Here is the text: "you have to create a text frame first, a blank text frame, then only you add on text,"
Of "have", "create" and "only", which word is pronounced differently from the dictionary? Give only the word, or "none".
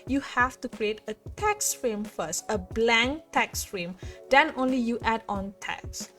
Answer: have